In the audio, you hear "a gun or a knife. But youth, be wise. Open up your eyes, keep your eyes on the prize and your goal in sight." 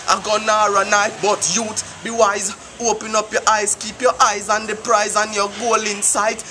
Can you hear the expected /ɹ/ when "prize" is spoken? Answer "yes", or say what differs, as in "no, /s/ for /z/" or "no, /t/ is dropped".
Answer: yes